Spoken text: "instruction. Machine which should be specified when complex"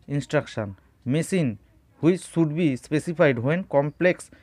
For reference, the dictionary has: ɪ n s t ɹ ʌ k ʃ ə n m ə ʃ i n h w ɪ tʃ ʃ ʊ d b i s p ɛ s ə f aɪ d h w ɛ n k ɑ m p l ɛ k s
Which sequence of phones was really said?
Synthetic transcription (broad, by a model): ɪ n s t ɹ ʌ k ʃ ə n m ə s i n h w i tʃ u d b i s p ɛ s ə p aɪ d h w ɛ n k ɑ m p l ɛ k s